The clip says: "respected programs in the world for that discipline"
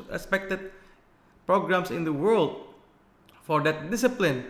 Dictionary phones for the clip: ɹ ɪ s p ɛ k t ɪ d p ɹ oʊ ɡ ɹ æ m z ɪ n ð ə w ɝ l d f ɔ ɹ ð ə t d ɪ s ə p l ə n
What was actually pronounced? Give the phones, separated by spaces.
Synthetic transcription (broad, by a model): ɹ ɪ s p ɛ k t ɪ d p ɹ oʊ ɡ ɹ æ m s ɪ n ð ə w ɝ l d f ɔ ɹ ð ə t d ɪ s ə p l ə n